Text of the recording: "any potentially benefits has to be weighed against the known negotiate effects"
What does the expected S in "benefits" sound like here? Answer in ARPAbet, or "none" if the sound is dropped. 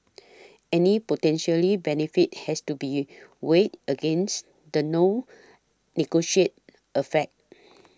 none